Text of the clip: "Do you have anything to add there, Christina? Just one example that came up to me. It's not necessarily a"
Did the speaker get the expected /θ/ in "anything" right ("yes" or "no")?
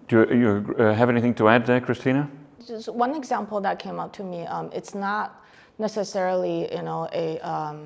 yes